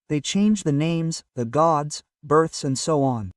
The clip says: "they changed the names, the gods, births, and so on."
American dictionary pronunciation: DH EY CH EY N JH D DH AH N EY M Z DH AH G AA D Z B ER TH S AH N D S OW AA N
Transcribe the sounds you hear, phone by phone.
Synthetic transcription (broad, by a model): DH EY CH EY N JH DH AH N EY M Z DH AH G AA D Z B ER TH S AH N D S OW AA N